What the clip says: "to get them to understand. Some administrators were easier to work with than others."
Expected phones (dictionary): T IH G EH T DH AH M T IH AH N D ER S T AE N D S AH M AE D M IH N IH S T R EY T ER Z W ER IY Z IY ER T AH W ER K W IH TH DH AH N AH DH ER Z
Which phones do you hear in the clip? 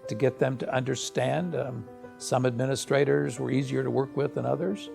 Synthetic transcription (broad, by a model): T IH G EH T DH AH M T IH AH N D ER S T AE N D S AH M AE D M IH N IH S T R EY T ER Z W ER IY Z IY ER T AH W ER K W IH DH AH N AH DH ER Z